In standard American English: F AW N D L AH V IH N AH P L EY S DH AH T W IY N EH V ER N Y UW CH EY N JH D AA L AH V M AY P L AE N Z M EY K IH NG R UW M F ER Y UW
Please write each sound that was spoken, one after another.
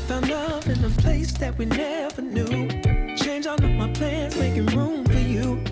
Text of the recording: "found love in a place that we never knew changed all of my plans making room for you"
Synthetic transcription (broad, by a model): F AW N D L AH V IH N AH P L EY S DH AH T W IY N EH V ER N Y UW CH EY N JH AA N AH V M AY P L AE N Z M EY K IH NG R UW M F ER Y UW